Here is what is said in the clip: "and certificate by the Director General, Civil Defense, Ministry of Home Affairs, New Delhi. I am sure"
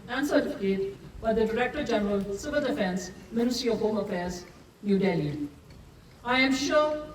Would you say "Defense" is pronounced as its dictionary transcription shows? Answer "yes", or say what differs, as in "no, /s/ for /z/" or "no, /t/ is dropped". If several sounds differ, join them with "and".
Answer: yes